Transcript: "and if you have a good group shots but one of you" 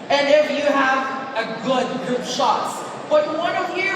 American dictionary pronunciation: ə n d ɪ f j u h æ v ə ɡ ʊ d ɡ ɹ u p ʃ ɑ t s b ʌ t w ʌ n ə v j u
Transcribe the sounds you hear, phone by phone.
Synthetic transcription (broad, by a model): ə n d ɪ f j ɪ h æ v ə ɡ ʊ d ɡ u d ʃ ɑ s b ʌ t w ʌ n ə v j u